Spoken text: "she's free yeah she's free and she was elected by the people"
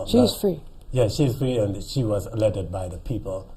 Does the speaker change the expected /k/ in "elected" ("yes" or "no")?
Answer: yes